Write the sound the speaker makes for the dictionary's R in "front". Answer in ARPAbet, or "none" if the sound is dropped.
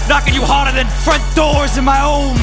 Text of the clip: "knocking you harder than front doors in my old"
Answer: R